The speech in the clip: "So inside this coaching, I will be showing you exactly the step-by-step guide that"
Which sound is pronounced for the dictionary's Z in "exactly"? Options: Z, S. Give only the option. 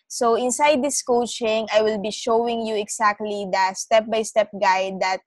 S